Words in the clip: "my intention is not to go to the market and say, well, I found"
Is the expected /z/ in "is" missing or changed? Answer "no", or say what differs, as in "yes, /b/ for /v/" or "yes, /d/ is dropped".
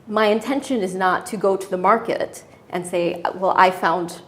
no